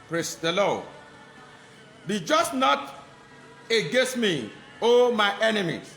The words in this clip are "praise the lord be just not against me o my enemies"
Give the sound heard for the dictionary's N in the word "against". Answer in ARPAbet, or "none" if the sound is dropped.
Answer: none